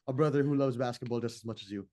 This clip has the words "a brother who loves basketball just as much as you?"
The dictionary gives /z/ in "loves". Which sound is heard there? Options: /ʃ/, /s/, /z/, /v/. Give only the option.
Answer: /z/